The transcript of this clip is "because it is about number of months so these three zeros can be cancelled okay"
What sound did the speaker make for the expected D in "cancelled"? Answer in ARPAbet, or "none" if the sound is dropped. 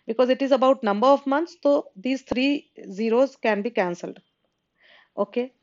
D